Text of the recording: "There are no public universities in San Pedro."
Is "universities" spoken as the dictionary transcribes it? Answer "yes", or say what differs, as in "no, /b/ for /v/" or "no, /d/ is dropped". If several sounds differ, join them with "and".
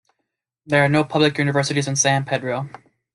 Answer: yes